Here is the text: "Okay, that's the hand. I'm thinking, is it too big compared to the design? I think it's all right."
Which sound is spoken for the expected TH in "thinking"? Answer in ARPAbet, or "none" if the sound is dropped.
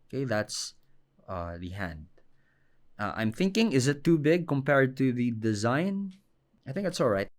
TH